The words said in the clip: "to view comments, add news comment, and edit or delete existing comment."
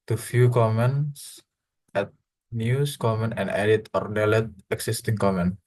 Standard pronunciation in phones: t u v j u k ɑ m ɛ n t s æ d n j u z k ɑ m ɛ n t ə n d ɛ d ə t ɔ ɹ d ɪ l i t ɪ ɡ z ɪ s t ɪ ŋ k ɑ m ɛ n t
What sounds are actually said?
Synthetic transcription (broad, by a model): t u f j u k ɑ m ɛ n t s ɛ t n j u s k ɑ m ɛ n t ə n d ɛ d ə t ɔ ɹ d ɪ l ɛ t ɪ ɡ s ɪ s t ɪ ŋ k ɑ m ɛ n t